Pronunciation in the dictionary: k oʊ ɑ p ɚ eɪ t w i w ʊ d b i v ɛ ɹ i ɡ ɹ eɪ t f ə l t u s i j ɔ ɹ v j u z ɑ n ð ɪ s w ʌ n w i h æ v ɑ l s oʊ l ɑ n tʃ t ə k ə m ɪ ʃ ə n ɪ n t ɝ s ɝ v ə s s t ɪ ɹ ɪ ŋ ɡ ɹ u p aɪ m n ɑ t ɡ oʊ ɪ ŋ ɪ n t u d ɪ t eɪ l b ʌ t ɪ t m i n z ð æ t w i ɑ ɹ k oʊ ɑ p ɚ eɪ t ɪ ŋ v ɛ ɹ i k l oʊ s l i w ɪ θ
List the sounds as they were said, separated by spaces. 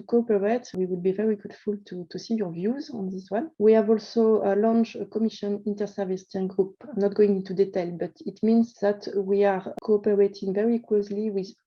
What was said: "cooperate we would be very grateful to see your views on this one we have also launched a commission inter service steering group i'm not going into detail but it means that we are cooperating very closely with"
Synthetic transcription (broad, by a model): k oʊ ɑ p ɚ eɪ t w i w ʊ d b i v ɛ ɹ i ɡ u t f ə l t u s i j ɔ ɹ v j u z ɑ n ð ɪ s w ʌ n w i h æ v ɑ l s oʊ l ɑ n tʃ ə k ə m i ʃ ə n ɪ n t ɝ s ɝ v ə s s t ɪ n ɡ ɹ u p aɪ m n ɑ t ɡ oʊ ɪ ŋ ɪ n t u d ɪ t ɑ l b ʌ t ɪ t m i n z ð æ t w i ɑ ɹ k oʊ ɑ p ɚ eɪ t ɪ ŋ v ɛ ɹ i k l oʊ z l i w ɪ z